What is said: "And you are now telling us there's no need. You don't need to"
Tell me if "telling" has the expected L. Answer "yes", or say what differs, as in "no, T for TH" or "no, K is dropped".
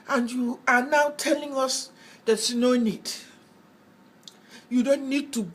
yes